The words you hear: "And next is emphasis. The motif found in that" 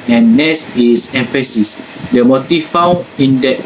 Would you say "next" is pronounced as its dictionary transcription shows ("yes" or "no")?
no